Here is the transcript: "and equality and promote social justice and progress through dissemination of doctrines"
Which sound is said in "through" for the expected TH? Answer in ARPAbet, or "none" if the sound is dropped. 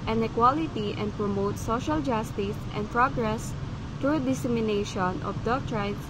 T